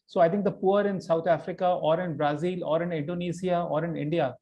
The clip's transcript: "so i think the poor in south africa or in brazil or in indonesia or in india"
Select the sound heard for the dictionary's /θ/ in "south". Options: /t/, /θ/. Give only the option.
/t/